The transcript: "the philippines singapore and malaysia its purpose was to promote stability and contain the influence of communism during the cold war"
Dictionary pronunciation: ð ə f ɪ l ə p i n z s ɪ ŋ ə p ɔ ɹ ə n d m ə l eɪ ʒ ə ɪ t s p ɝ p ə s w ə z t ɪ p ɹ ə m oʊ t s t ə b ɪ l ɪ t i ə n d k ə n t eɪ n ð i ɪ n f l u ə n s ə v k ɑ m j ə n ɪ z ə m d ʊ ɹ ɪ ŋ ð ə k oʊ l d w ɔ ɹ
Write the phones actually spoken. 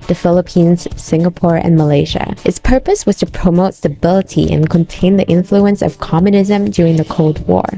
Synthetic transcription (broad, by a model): ð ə f ɪ l ə p i n z s ɪ ŋ ə p ɔ ɹ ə n m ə l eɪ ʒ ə ɪ t s p ɝ p ə s w ə z t ɪ p ɹ ə m oʊ t s t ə b ɪ l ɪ t i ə n k ə n t eɪ n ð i ɪ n f l u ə n s ə v k ɑ m j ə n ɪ z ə m d ʊ ɹ ɪ ŋ ð ə k oʊ l d w ɔ ɹ